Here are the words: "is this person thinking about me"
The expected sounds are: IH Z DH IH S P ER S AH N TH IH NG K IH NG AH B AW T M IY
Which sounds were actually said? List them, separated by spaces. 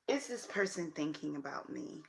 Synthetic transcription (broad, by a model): IH Z DH IH S P ER S AH N TH IH NG K IH NG AH B AW T M IY